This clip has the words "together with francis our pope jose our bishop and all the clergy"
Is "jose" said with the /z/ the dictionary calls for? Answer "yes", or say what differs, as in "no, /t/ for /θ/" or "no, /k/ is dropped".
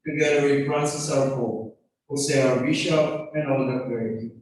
no, /s/ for /z/